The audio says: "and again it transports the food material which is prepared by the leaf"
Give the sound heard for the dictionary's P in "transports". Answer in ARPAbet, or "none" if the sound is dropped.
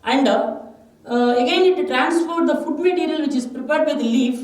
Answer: F